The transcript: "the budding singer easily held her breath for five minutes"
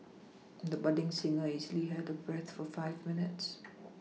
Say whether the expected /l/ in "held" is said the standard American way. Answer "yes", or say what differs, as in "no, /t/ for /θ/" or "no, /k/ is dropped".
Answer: no, /l/ is dropped